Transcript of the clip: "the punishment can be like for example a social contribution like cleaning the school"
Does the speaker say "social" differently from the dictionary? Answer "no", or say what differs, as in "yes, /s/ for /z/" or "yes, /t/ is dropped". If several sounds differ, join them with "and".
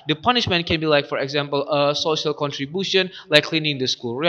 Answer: no